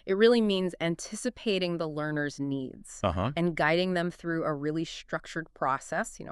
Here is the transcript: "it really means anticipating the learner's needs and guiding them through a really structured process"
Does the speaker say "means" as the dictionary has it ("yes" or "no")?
yes